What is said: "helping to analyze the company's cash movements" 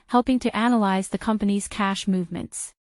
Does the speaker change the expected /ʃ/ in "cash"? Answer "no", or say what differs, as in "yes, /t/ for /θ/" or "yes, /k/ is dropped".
no